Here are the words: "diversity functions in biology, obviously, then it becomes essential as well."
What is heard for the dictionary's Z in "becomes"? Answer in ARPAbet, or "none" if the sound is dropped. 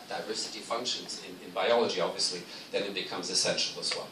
Z